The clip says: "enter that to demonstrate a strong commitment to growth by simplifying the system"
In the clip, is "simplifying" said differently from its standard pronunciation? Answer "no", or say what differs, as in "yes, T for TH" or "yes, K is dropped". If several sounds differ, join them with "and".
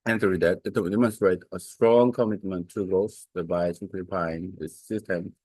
yes, M is dropped and P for F